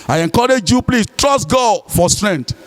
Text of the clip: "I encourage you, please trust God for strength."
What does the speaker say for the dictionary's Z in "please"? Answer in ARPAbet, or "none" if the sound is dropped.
S